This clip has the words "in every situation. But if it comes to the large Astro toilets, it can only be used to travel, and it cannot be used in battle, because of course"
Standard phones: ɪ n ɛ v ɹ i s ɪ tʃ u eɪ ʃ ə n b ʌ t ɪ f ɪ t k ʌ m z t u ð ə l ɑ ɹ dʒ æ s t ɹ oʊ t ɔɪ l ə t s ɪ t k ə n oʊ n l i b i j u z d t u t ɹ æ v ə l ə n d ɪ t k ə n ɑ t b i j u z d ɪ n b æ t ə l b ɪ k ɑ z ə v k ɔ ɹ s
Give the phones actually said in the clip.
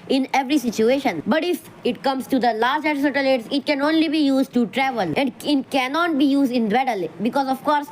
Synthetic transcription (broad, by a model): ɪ n ɛ v ɹ i s ɪ tʃ u eɪ ʃ ə n b ʌ t ɪ f ɪ t k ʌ m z t u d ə l ɑ ɹ dʒ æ t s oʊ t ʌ l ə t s ɪ t k ə n oʊ n l i b i j u z d t u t ɹ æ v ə l ə n d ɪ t k ə n ɑ t b i j u z d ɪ n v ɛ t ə l b ɪ k ɑ z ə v k ɔ ɹ s